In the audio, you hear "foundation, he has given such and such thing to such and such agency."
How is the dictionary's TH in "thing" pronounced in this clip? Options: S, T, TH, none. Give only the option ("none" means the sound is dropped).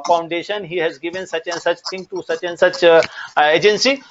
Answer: T